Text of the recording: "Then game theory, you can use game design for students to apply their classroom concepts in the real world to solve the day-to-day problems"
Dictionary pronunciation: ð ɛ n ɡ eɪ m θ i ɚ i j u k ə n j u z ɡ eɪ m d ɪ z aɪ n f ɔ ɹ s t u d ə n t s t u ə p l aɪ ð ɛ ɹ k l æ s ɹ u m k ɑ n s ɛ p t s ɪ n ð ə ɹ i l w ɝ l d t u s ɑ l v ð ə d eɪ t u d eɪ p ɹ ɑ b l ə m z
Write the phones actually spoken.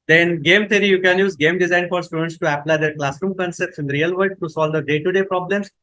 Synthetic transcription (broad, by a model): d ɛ n ɡ eɪ m t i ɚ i j u k ə n j u z ɡ eɪ m d ɪ z aɪ n f ɔ ɹ s t u d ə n t s t u ə p l aɪ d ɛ ɹ k l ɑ s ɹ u m k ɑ n s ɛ p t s ɪ n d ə ɹ i l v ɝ d t u s ɑ l v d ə d eɪ t u d eɪ p ɹ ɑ b l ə m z